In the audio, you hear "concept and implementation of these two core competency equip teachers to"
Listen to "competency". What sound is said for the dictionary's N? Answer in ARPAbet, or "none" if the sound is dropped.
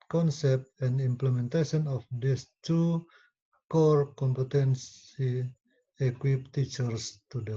N